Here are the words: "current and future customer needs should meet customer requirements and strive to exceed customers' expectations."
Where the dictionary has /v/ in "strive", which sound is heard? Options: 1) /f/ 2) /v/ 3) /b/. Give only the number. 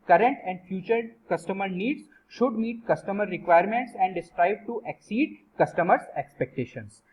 3